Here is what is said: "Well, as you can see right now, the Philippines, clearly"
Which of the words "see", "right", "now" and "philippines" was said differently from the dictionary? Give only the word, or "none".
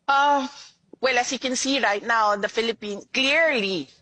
philippines